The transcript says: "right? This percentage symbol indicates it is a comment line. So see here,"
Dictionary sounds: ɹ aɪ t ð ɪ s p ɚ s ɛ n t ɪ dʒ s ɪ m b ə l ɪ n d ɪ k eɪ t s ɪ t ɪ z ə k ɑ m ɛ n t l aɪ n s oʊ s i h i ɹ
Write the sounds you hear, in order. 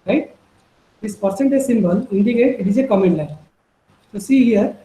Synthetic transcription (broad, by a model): ɹ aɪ t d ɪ s p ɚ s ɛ n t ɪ z s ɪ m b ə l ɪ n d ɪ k eɪ t ɪ t ɪ z ə k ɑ m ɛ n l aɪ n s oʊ s i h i ɹ